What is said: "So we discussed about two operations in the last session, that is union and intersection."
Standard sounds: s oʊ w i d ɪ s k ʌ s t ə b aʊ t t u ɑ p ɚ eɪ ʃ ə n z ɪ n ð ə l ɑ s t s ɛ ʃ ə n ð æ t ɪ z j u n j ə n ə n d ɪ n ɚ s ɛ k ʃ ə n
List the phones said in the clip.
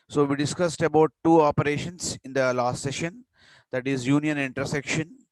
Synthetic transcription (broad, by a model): s oʊ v i d ɪ s k ʌ s t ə b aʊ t t u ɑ p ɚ eɪ ʃ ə n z ɪ n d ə l ɑ s t s ɛ ʃ ə n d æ t ɪ z j u n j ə n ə n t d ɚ s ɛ k ʃ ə n